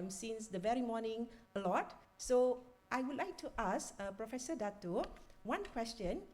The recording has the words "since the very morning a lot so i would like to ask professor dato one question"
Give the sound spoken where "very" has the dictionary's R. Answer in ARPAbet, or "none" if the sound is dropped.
R